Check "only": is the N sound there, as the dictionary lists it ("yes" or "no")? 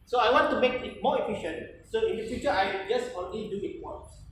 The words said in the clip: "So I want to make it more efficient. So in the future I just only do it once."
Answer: no